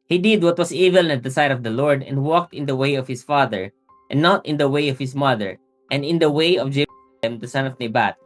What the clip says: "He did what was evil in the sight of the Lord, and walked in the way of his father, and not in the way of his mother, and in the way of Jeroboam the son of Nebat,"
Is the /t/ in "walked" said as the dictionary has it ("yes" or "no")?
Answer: yes